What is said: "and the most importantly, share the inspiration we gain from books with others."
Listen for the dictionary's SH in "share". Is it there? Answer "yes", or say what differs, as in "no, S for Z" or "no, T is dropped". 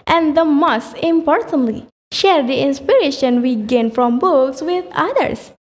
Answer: yes